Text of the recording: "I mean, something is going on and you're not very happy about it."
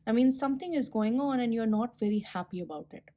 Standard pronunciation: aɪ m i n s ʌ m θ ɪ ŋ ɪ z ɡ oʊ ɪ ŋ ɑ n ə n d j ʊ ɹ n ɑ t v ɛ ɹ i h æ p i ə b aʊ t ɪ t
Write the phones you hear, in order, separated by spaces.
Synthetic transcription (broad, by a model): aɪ m i n s ʌ m t ɪ ŋ ɪ z ɡ oʊ ɪ ŋ ɑ n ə n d j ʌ ɹ n ɑ t v ɛ ɹ i h æ p i ə b aʊ t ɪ t